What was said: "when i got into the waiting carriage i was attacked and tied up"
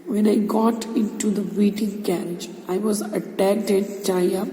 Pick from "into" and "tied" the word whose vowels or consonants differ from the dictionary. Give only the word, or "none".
tied